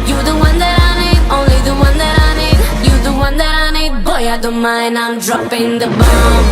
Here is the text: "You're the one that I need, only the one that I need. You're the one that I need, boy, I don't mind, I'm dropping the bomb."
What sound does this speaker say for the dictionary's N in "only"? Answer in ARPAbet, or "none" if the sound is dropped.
N